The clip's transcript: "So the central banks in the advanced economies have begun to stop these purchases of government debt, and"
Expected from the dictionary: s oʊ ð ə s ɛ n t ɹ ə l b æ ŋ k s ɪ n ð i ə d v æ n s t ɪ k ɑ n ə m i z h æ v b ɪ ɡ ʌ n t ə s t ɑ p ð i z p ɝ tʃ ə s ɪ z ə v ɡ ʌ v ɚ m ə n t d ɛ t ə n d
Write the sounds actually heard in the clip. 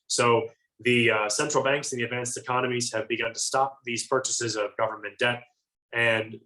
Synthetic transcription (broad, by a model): s oʊ ð ə s ɛ n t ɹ l b æ ŋ k s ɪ n ð i ə d v æ n s t ɪ k ɑ n ə m i z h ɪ v b ɪ ɡ ʌ n t ə s t ɑ p ð i z p ɝ tʃ ə s ɪ z ə v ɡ ʌ v ɚ m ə n d ɛ t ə n